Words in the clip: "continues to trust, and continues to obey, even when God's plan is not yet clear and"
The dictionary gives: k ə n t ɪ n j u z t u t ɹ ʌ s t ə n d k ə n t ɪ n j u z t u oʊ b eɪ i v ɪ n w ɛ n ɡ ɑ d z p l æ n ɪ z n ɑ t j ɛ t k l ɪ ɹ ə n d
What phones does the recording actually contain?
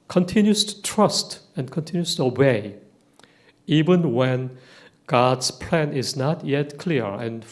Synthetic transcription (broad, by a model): k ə n t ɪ n j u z t u t ɹ ʌ s t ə n k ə n t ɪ n j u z t u oʊ b eɪ i v ɪ n w ɛ n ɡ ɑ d s p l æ n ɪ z n ɑ t j ɛ t k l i ɹ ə n